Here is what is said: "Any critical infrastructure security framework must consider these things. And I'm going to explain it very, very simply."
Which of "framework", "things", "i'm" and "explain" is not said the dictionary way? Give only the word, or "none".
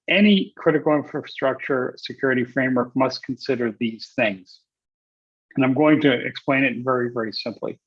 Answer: none